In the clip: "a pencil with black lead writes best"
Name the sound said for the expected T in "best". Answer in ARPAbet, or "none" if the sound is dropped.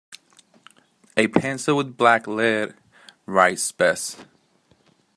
none